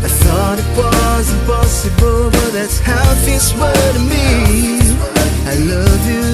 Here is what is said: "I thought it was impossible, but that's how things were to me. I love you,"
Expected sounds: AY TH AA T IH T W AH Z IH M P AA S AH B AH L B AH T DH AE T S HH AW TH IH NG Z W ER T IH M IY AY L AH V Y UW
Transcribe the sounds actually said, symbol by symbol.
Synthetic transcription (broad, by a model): AY TH AA T IH T W AH Z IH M P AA S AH B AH L B AH T DH AE T S HH AW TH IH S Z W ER T IH M IY AY L AH V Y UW